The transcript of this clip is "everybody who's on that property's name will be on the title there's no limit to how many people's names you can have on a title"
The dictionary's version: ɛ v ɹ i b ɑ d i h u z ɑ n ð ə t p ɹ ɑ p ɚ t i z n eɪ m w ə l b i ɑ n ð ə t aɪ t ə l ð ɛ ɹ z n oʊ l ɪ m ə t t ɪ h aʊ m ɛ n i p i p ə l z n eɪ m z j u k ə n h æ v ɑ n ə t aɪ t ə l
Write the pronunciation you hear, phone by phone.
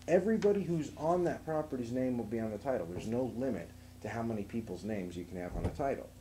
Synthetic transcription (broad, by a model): ɛ v ɹ i b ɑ d i h u z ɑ n ð ə t p ɹ ɑ p ɚ t i z n eɪ m w ə l b i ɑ n ð ə t aɪ t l ð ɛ ɹ z n oʊ l ɪ m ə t t ɪ h aʊ m ɛ n i p i p l z n eɪ m z j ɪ k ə n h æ v n ə t aɪ t l